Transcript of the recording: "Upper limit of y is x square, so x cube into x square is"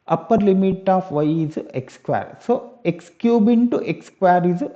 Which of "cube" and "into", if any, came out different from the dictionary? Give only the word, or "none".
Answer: none